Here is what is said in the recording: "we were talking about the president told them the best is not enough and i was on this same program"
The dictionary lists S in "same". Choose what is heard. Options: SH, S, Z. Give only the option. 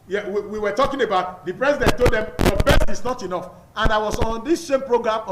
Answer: SH